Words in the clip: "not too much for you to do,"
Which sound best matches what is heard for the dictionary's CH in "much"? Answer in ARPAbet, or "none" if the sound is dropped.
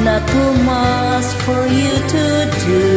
S